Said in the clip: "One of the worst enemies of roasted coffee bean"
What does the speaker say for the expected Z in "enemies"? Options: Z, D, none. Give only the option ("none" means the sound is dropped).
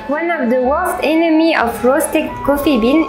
none